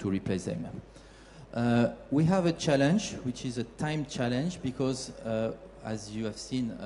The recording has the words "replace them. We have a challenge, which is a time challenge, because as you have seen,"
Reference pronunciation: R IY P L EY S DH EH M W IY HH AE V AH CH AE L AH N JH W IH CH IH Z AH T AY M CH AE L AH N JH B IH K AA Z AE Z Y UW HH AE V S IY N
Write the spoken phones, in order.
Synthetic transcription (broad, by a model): R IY P L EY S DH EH M W IY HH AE V AH CH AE L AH N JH W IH CH IH Z AH T AY M CH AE L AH N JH B IH K AA Z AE Z Y UW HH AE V S IY N